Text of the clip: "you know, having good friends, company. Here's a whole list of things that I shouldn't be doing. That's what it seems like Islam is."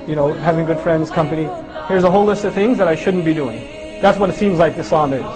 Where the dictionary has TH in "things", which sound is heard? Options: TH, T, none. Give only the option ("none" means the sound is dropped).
TH